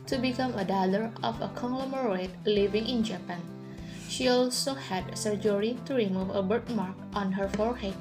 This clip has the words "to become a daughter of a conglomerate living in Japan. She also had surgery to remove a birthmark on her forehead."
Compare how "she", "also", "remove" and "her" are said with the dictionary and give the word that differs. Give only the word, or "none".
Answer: none